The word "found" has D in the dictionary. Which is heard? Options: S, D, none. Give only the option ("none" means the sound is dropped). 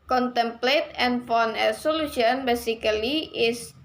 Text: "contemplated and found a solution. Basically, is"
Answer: none